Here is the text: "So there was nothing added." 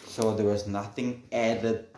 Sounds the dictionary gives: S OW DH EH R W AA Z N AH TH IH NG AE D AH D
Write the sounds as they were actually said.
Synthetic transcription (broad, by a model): S OW DH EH W AA Z N AH TH IH NG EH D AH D